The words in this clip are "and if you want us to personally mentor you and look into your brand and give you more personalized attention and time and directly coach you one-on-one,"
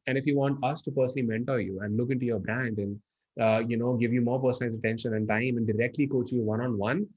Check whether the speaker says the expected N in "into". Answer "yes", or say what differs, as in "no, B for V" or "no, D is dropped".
yes